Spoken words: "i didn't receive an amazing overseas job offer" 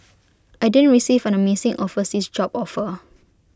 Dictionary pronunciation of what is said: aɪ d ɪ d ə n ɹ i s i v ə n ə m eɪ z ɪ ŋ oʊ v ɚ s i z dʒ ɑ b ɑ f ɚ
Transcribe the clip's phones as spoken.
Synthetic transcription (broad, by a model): aɪ d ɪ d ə n ɹ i s i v ə n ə m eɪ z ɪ ŋ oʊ f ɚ s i s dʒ ɑ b ɑ f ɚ